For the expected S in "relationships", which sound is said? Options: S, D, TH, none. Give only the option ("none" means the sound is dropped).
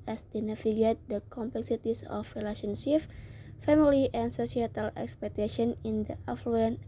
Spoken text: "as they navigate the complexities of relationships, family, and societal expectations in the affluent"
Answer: none